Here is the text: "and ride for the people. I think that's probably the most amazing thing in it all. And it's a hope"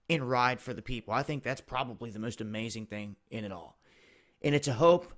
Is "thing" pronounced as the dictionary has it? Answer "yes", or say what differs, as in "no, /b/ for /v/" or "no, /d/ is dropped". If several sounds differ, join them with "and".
yes